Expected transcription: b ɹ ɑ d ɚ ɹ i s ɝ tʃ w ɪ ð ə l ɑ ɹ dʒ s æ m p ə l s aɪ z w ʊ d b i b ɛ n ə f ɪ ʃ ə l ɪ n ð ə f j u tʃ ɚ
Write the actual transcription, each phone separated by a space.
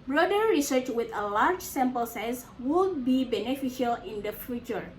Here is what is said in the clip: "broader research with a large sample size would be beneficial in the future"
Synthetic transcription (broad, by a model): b ɹ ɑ d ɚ ɹ i s ɝ tʃ w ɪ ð ə l ɑ ɹ dʒ s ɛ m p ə l s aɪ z w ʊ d b i b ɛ n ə f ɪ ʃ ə l ɪ n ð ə f j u tʃ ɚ